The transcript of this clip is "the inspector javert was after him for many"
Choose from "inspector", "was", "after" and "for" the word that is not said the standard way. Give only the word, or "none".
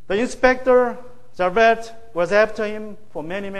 after